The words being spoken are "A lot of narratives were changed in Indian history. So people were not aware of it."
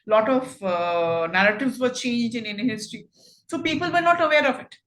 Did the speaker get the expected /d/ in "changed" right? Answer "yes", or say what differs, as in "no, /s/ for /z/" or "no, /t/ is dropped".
no, /d/ is dropped